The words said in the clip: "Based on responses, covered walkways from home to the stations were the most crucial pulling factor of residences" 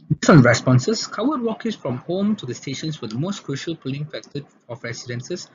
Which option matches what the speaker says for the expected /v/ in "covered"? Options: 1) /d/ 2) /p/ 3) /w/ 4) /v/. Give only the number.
3